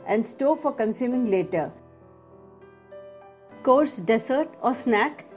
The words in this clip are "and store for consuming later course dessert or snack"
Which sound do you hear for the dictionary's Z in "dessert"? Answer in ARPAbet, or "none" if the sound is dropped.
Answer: S